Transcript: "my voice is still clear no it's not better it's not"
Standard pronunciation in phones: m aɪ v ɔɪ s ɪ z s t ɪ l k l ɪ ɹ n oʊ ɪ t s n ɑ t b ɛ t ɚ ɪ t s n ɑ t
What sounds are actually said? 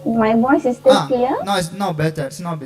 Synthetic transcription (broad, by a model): m aɪ b ɔɪ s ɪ s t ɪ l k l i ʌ n oʊ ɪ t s n ɑ t b ɛ t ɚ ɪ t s n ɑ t